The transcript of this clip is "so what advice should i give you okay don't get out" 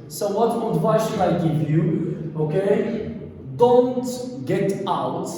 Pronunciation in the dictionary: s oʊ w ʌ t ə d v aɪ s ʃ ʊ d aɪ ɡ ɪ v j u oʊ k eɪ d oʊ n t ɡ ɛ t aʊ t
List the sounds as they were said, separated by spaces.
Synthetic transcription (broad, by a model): s oʊ w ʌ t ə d w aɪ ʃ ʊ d aɪ ɡ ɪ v j u oʊ k eɪ d oʊ n t ɡ ɛ t aʊ t